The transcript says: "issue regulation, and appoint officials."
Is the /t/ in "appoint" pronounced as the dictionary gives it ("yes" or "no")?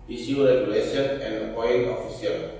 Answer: no